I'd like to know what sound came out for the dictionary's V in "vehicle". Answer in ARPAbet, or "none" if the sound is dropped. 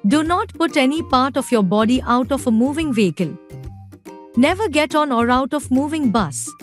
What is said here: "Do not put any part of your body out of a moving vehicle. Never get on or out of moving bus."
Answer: V